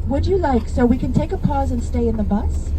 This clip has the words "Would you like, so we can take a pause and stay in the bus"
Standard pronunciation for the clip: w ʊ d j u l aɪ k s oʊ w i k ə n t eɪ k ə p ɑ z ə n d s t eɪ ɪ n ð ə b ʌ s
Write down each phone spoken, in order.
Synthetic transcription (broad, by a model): w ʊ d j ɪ l aɪ k s oʊ w i k ə n t eɪ k ə p ɑ z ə n s t eɪ ɪ n ð ə b ʌ s